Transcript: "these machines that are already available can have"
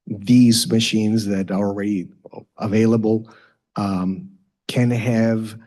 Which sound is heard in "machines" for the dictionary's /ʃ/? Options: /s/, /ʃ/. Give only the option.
/ʃ/